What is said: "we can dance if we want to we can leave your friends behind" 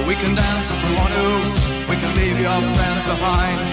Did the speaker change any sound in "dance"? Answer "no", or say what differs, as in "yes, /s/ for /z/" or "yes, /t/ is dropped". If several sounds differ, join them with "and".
no